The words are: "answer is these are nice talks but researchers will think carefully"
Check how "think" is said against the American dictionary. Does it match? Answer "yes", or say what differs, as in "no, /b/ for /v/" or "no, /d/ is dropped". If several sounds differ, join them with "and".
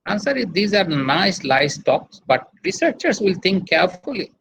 no, /t/ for /θ/